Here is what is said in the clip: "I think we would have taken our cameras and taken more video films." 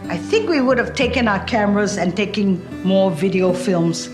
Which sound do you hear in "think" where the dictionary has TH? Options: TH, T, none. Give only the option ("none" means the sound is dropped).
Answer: TH